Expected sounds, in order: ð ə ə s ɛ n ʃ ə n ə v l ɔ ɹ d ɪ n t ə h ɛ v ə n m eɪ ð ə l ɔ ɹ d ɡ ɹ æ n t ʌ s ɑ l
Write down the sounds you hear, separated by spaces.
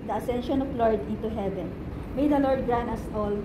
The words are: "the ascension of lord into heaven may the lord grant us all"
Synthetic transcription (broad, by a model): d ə ə s ɛ n ʃ ə n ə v l ɔ ɹ d ɪ n t ə h ɛ v ə n m eɪ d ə l ɔ ɹ d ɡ ɹ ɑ n ʌ s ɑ l